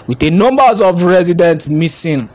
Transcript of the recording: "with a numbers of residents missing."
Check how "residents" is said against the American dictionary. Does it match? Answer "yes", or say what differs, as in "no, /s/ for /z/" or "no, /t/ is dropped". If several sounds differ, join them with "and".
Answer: no, /s/ is dropped